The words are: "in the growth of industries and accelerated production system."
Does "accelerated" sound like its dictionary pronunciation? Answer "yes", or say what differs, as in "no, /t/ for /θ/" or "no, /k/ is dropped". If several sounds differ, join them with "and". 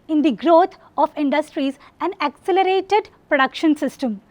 yes